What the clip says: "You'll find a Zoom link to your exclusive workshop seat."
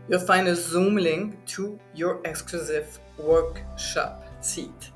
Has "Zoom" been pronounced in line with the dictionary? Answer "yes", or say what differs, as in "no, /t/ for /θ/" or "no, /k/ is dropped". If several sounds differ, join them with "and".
yes